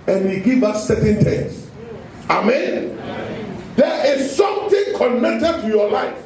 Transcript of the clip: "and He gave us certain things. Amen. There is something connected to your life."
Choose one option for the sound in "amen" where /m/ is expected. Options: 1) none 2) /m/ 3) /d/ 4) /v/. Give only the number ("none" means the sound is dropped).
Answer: 2